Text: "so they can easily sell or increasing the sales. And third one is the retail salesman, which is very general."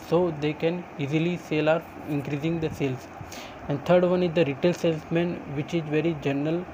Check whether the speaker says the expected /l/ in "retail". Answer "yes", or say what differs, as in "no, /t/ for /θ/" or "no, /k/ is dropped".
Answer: yes